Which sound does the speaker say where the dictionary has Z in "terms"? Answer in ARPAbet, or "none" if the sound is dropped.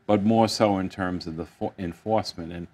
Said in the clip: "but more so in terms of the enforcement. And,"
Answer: Z